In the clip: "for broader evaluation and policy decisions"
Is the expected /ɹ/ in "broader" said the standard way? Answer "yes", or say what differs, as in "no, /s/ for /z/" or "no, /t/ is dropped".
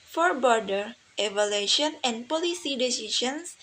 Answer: no, /ɹ/ is dropped